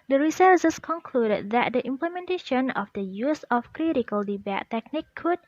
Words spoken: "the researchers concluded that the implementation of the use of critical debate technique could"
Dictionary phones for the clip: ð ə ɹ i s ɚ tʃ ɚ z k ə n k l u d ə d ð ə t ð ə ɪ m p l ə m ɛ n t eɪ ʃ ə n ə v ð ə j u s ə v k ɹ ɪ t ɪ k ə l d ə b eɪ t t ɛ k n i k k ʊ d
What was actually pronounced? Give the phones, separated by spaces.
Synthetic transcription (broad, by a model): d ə ɹ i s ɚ s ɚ s k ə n k l u d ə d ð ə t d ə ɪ m p l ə m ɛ n t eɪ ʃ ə n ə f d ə j u s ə f k ɹ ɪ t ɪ k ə l d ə b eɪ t t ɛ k n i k k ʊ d